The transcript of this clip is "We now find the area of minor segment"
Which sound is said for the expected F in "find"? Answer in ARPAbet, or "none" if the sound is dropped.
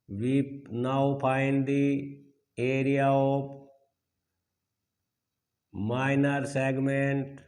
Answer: P